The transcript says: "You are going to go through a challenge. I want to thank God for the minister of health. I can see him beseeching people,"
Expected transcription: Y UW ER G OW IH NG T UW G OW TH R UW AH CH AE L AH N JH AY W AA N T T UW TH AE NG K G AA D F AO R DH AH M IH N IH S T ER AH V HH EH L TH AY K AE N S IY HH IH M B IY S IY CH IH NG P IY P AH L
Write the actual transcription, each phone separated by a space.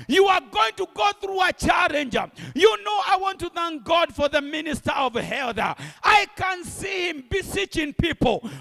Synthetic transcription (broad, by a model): Y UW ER G OW IH NG T UW G OW TH R UW AH CH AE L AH N JH AY W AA N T T UW TH AE NG K G AA D F AO R DH AH M IH N IH S T ER AH V HH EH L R AY K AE N S IY HH IH M B IY S IY CH IH NG P IY P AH L